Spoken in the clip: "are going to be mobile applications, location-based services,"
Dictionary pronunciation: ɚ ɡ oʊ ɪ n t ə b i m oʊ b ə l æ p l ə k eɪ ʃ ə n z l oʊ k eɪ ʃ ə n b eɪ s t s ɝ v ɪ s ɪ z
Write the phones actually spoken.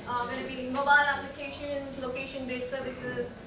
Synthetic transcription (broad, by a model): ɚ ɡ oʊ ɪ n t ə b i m oʊ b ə l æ p l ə k eɪ ʃ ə n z l oʊ k eɪ ʃ ə n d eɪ t s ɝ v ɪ s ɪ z